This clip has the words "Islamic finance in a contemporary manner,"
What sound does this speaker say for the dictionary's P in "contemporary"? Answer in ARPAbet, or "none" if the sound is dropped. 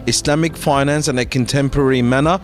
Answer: P